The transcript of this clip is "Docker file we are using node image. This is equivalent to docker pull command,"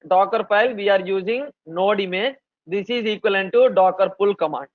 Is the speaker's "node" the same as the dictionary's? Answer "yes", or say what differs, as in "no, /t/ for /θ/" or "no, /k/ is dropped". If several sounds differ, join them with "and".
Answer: yes